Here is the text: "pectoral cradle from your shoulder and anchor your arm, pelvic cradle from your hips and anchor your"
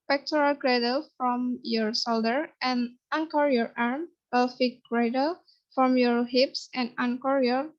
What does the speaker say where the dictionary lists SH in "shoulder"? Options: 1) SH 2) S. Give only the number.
2